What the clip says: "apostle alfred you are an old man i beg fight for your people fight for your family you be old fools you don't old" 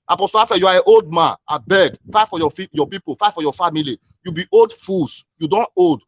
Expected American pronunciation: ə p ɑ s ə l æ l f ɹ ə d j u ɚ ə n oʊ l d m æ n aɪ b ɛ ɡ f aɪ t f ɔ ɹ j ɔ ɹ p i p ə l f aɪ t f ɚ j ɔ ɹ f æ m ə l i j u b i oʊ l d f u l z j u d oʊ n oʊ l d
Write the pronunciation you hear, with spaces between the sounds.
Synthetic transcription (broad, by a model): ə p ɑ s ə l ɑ f ə j u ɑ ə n oʊ l d m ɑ n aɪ b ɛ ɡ f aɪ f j ɔ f j ɔ p i p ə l f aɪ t f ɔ j ɔ f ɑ m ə l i j u b i oʊ l d f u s j u d oʊ n oʊ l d